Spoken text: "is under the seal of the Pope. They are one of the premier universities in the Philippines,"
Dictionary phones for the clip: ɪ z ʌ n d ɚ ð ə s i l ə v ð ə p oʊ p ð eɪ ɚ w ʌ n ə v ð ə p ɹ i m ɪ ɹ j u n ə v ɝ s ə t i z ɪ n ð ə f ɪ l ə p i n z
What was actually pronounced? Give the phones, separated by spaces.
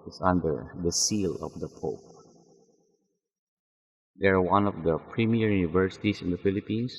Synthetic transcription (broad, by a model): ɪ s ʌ n d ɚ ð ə s i l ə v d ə p oʊ p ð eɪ ɚ w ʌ n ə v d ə p ɹ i m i ɹ j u n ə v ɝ s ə t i s ɪ n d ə f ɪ l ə p i n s